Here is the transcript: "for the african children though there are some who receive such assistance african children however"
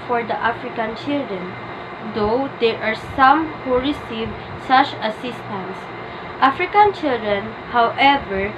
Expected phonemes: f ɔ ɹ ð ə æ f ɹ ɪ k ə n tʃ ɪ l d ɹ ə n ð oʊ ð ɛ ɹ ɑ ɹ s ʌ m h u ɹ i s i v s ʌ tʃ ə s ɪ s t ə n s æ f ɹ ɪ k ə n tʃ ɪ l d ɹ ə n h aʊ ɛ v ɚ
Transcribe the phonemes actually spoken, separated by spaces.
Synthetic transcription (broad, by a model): f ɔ ɹ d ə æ f ɹ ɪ k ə n tʃ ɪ l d ɹ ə n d oʊ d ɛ ɹ ɑ ɹ s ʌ m h u ɹ i s i v s ʌ tʃ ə s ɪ s t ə n s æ f ɹ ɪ k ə n tʃ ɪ l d ɹ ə n h aʊ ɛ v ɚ